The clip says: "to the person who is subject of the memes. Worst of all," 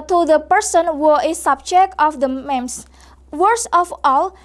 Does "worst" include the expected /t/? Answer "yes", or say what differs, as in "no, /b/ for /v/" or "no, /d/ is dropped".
no, /t/ is dropped